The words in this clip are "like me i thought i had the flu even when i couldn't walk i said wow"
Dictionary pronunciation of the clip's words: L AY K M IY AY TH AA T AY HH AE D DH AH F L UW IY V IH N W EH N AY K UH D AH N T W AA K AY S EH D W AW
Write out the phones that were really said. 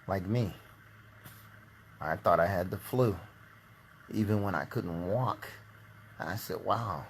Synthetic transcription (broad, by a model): L AY K M IY AY TH AA T AY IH D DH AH F L UW IY V IH N W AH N AY K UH D N T W AA K AY S EH D W AW